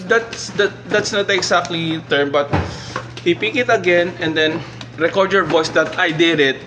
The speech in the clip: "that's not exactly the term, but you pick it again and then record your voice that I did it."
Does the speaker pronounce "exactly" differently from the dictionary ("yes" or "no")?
yes